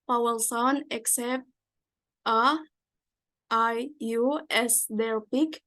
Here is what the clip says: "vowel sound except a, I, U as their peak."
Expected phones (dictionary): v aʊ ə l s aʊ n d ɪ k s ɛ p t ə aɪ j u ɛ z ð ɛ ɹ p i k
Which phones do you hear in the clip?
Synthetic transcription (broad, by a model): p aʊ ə l s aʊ n ɪ k s ɛ p t ə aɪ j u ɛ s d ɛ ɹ p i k